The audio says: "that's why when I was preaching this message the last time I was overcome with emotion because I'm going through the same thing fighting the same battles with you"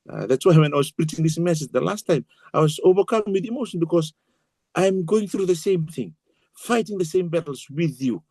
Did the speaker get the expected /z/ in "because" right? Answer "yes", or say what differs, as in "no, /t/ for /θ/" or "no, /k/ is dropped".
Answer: no, /s/ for /z/